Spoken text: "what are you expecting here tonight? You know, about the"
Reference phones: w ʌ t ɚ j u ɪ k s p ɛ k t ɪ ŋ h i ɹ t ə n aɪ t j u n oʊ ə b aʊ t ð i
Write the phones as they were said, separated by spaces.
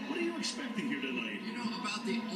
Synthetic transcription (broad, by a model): w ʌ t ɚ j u ɪ k s p ɛ k t ɪ ŋ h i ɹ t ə l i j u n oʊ ə b aʊ t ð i